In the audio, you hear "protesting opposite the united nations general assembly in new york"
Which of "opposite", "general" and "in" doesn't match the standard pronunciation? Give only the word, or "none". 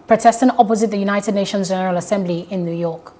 none